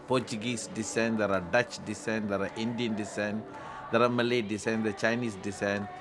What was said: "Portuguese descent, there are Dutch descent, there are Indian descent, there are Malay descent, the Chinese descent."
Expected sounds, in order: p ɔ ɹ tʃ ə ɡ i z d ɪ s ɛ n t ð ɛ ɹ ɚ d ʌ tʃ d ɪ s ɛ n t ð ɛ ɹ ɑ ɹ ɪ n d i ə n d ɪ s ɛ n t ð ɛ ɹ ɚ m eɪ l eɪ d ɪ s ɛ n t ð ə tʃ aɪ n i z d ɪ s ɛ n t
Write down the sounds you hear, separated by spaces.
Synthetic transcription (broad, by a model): p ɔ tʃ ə ɡ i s d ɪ s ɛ n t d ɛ ɹ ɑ d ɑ tʃ d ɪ s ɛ n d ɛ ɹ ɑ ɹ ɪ n d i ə n d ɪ s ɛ n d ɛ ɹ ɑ m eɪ l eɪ d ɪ s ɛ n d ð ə tʃ aɪ n i s d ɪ s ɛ n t